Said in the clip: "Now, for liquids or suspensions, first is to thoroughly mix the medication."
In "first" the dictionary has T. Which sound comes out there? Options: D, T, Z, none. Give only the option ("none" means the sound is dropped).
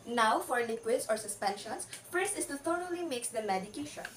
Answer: none